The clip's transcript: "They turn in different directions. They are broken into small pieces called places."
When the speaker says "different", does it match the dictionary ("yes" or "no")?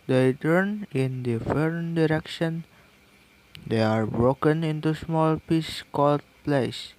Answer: no